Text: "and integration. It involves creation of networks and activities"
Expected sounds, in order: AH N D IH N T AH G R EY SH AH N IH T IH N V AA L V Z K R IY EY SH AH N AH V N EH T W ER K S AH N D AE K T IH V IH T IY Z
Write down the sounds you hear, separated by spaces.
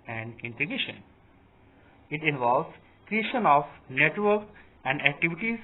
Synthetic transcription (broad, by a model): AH N D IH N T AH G EY SH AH N IH T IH N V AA L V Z K R IY EY SH AH N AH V N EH T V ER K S AH N D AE K T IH V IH T IY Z